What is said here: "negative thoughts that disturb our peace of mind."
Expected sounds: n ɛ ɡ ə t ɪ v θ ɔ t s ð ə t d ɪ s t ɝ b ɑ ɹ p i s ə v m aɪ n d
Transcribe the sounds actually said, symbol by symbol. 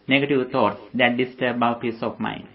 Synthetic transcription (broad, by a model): n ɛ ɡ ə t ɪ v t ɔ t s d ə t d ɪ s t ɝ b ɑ w p i s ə f m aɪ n